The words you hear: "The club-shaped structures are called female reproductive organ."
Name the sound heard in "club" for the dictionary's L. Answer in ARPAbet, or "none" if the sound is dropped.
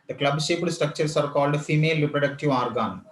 L